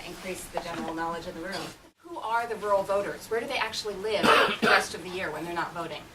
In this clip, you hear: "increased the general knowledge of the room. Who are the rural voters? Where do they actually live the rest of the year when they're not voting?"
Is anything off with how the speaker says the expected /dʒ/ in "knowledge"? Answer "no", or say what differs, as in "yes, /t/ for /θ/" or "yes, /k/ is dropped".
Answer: no